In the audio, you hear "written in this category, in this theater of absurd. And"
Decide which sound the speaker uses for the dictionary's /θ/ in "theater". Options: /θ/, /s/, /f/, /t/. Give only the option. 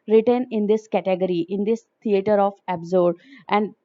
/t/